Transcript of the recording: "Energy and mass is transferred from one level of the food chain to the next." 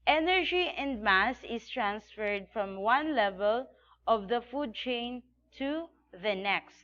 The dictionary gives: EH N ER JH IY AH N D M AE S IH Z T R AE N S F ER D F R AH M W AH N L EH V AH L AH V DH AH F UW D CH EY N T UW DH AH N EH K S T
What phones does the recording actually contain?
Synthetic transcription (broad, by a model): EH N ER JH IY AH N D M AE S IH S T R AE N S F ER D F R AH M W AH N L EH V AH L AH V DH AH F UW D CH EY N T UW DH AH N EH K S T